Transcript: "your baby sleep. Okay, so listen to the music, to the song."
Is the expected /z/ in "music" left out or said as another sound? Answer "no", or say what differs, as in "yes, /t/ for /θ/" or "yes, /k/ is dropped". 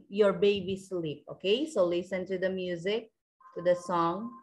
no